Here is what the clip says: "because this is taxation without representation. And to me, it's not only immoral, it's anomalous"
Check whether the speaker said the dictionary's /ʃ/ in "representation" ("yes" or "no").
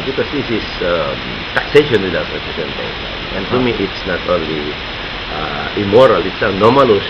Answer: no